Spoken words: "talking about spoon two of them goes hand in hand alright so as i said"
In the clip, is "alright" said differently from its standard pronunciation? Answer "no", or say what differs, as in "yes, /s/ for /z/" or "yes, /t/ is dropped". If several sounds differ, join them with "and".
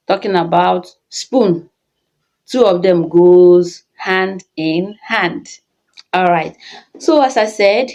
no